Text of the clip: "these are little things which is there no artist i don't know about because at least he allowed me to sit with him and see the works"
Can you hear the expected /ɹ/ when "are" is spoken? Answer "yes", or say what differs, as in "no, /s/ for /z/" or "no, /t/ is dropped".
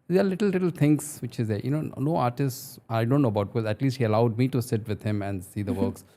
no, /l/ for /ɹ/